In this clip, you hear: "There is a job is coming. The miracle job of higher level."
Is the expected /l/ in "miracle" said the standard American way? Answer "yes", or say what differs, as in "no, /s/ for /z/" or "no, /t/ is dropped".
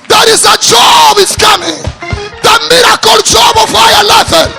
yes